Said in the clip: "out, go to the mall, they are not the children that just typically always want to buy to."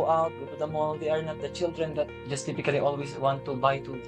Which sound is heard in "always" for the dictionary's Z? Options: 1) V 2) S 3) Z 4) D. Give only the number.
2